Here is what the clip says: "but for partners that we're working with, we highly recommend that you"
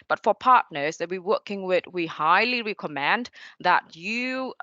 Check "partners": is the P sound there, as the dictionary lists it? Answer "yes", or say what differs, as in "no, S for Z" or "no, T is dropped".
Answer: yes